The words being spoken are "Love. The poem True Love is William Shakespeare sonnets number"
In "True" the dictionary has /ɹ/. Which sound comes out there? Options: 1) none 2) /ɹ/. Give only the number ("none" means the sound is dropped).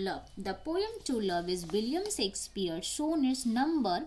1